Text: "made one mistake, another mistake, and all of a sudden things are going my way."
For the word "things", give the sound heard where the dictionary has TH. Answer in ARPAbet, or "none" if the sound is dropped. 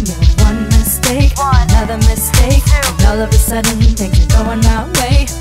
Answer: T